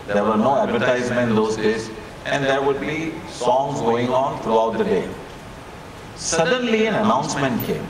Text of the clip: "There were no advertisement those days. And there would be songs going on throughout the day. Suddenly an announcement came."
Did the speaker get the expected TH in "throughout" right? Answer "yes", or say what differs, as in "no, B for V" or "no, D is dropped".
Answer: no, T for TH